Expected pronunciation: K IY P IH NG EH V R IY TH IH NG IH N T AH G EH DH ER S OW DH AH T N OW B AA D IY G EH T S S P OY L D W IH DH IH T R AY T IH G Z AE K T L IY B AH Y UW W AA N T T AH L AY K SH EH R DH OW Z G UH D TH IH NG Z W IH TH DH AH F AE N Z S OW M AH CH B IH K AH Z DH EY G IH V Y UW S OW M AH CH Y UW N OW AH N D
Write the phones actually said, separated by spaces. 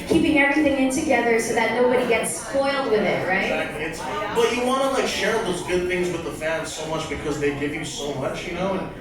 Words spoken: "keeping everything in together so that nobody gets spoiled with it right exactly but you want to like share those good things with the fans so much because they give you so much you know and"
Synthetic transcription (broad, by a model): K IY P IH NG EH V R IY TH IH NG IH N T AH G EH DH ER S OW DH AH T N OW B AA D IY G EH T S S P OY L D W IH DH IH T R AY IH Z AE K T L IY B AH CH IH W AA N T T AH L AY K SH EH R DH OW Z G UH D TH IH NG Z W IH DH AH F AE N Z S OW M AH CH B IH K AH Z DH EY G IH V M S OW M AH CH Y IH N OW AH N